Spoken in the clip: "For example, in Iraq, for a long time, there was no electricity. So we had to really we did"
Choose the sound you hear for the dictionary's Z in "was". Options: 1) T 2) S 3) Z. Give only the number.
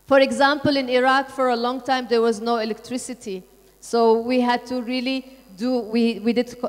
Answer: 3